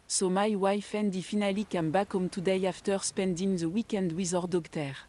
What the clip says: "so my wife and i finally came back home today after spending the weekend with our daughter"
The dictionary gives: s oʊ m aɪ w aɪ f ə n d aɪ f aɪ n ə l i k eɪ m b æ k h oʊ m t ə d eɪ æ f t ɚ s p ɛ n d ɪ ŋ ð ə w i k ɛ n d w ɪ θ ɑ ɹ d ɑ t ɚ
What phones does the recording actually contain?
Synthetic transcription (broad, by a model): s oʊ m aɪ w aɪ f ə n d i f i n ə l i k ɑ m b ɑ k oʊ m t ə d eɪ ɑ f t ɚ s p ɛ n d ɪ ŋ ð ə w i k ɛ n d w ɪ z ɑ ɹ d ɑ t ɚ